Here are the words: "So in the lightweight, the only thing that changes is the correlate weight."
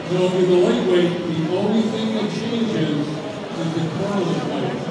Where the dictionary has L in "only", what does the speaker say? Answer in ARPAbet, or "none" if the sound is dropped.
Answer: W